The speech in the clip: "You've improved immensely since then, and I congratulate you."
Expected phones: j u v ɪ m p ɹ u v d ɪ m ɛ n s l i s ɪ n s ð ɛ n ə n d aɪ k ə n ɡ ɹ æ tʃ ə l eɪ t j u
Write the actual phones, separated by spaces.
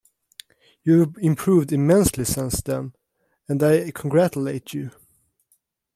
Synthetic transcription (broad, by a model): j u ɪ m p ɹ u v d ɪ m ɛ n s l i s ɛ n s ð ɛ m ə n d aɪ k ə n ɡ ɹ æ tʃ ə l eɪ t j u